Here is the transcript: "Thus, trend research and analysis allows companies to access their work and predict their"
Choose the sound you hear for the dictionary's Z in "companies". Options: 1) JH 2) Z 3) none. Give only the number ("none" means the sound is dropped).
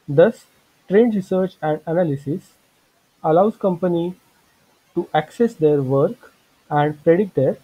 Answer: 3